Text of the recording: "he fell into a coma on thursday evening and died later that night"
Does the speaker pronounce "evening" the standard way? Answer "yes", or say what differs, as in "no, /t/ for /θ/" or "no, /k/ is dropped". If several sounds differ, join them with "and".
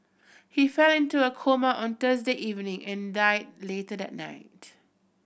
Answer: yes